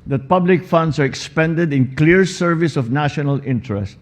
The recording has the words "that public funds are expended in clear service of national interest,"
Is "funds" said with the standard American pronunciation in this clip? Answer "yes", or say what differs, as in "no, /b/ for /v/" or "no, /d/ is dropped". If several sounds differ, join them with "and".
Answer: no, /s/ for /z/